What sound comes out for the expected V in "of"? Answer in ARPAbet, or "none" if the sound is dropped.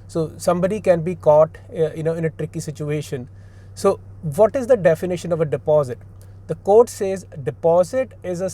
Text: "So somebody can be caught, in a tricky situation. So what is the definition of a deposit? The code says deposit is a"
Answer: V